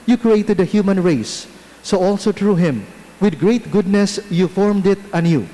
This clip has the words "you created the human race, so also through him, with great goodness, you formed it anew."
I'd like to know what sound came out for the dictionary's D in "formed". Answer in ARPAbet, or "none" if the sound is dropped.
D